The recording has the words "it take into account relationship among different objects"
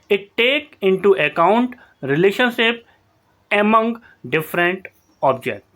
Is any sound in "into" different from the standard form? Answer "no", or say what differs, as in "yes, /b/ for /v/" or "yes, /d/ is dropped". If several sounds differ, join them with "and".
no